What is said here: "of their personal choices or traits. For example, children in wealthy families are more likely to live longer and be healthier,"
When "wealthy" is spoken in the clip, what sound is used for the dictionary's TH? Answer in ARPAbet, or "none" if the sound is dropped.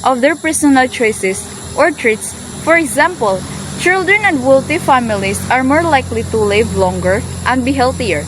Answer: T